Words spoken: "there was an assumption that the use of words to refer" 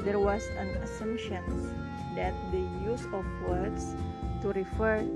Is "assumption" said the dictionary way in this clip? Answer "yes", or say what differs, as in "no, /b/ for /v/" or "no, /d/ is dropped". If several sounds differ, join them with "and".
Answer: no, /p/ is dropped